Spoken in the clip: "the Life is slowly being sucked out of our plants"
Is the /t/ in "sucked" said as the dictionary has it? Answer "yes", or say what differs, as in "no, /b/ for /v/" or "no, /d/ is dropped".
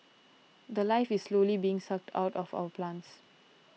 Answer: yes